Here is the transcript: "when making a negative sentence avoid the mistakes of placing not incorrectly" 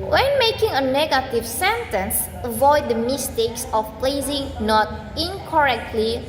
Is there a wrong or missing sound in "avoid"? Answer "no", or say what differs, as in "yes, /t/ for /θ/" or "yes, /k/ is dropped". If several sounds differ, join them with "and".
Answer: no